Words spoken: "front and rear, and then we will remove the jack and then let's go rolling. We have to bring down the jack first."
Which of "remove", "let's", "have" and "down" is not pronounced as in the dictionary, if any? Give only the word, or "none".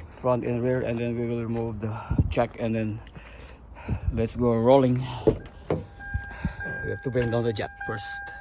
have